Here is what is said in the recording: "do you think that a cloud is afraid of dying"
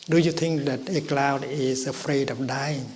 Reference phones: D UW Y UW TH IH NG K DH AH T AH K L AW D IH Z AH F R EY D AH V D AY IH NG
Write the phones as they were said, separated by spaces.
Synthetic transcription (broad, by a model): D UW Y UW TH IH NG K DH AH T AH K L AW D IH S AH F R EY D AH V D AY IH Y